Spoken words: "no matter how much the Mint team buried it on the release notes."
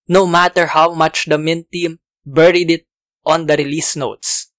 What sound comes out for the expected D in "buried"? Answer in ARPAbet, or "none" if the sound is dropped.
D